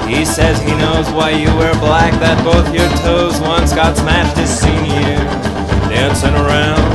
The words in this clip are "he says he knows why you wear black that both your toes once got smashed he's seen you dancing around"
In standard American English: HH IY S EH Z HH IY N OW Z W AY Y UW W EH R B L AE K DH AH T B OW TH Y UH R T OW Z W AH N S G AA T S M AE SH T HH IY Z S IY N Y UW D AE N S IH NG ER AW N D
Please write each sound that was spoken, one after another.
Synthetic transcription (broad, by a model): HH IY S EH Z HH IY N OW Z W AY Y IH W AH R B L AE K DH AH T B OW TH Y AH R T OW Z W AH N S G AA T S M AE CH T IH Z S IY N Y UW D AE N S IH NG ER AW N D